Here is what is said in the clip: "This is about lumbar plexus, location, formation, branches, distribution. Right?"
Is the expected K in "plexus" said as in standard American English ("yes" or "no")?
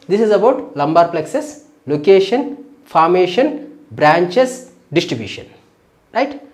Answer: yes